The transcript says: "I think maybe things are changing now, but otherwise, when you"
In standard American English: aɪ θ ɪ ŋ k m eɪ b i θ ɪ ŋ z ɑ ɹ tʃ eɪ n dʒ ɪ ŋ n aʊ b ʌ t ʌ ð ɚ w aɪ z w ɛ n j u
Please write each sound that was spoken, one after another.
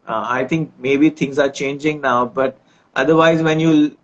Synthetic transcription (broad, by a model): aɪ t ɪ ŋ k m eɪ b i t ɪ ŋ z ɑ ɹ tʃ eɪ n dʒ ɪ ŋ n aʊ b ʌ t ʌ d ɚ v aɪ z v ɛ n j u